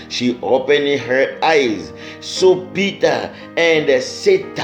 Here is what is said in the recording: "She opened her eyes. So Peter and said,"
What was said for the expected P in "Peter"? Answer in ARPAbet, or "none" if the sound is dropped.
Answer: B